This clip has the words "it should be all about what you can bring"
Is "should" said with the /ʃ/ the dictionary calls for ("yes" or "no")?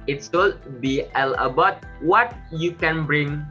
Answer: no